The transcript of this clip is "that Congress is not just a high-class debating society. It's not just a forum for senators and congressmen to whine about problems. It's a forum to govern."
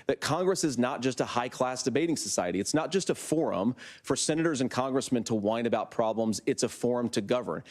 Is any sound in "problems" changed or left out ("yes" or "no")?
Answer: no